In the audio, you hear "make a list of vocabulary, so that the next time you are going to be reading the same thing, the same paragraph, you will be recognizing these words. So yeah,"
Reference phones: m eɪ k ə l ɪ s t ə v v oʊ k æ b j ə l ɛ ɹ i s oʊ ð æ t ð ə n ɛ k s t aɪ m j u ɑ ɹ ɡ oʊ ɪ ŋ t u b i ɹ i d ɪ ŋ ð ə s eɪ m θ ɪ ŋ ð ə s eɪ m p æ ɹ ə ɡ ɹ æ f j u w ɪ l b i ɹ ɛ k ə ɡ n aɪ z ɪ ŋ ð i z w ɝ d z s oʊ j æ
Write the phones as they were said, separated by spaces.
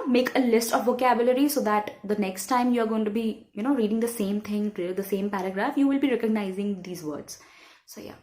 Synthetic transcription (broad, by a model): m eɪ k ə l ɪ s t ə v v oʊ k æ b j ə l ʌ ɹ i s oʊ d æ t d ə n ɛ k s t aɪ m j u ɑ ɹ ɡ oʊ ɪ ŋ t u b i ɹ i d ɪ ŋ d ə s eɪ m t ɪ ŋ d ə s eɪ m p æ ɹ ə ɡ ɹ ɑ f j u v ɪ l b i ɹ ɛ k ə ɡ n aɪ z ɪ ŋ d i z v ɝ d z s oʊ j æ